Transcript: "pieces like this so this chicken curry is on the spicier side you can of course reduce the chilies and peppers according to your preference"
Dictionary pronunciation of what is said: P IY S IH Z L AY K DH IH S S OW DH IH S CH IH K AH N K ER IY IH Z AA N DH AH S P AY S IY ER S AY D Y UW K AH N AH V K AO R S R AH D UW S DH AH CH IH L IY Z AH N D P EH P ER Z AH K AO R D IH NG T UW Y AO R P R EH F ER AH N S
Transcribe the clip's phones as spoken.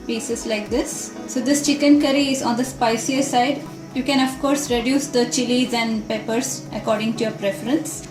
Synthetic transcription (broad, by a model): P IY S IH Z L AY K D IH S S OW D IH S CH IH K AH N K ER IY IH Z AA N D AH S P AY S IY ER S AY D Y UW K AH N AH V K AO R S R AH D UW S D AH CH IH L IY Z AH N D P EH P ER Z AH K AO R D IH NG T UW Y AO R P R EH F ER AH N S